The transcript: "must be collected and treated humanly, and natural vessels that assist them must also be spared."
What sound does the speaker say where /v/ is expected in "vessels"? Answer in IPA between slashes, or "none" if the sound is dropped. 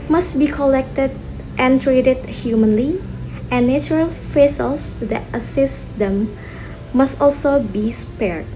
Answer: /f/